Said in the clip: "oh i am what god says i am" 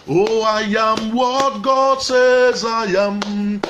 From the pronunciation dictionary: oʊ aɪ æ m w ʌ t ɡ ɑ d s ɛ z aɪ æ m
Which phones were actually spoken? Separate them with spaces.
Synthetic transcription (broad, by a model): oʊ aɪ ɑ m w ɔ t ɡ ɑ d s ɛ z aɪ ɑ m